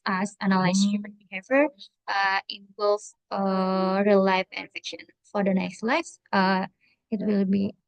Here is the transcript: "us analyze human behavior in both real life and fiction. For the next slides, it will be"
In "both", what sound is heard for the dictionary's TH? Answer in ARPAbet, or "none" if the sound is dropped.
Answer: F